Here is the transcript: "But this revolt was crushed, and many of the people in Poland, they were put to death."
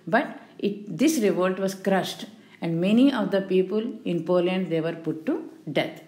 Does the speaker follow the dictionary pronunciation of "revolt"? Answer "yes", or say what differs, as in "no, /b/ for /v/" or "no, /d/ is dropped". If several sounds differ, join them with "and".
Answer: yes